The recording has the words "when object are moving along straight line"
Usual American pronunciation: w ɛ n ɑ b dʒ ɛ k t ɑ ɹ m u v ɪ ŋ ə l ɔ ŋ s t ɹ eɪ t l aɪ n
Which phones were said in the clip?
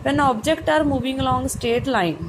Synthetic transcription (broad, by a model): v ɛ n ɑ b dʒ ɛ k t ɑ ɹ m u v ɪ ŋ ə l ɔ ŋ s t eɪ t l aɪ n